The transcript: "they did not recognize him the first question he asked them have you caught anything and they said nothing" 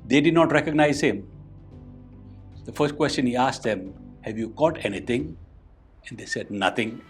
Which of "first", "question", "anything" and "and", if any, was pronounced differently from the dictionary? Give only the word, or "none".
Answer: anything